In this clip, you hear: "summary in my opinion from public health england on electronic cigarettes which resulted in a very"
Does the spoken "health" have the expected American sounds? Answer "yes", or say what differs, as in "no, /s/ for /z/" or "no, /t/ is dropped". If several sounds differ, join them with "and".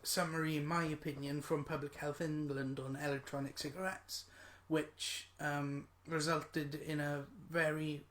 yes